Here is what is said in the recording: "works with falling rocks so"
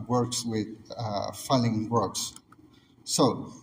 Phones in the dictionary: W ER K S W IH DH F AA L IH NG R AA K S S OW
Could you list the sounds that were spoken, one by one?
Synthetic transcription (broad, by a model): W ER K S W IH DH F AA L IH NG W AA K S S OW